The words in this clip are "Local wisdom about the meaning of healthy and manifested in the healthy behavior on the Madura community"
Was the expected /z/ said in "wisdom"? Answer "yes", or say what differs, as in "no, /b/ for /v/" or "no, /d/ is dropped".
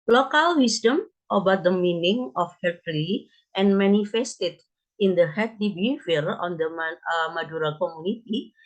no, /s/ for /z/